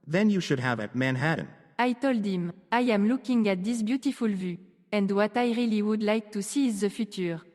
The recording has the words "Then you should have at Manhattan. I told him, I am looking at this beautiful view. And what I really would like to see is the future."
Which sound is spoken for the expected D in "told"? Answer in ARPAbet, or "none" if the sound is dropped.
D